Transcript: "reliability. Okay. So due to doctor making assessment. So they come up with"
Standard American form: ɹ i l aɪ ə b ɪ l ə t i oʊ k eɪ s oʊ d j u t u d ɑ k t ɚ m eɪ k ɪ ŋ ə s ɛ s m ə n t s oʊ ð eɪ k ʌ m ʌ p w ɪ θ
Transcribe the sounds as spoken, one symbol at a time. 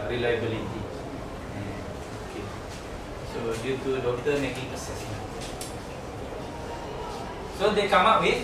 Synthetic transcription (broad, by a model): ɹ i l aɪ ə b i l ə t i oʊ k eɪ s oʊ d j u t u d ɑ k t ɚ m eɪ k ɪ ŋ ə s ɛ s ə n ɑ s oʊ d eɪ k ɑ m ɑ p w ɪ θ